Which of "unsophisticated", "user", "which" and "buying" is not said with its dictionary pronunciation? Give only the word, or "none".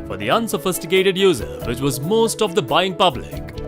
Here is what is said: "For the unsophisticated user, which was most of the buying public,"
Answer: none